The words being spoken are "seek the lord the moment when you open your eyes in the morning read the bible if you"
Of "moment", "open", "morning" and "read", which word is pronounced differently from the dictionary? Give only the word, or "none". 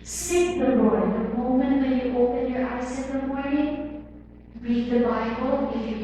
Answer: morning